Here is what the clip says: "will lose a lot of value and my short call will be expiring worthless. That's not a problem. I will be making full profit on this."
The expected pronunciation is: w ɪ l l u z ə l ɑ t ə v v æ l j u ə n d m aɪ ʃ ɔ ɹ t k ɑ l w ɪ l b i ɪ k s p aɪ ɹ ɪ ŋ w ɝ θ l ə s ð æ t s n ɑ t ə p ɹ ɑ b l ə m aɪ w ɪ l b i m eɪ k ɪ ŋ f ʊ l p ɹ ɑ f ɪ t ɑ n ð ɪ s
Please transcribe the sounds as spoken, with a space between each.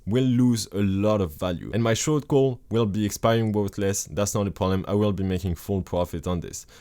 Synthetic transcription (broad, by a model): w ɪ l l u z ə l ɑ t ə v v æ l j u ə n m aɪ ʃ ɔ ɹ t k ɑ l w ɪ l b i ɪ k s p aɪ ɹ ɪ ŋ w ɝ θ l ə s ð æ t s n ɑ t ə p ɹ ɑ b l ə m aɪ w ɪ l b i m eɪ k ɪ ŋ f ʊ l p ɹ ɑ f ɪ t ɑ n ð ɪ s